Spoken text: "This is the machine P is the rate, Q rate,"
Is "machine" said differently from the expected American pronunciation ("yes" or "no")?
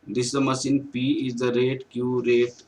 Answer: yes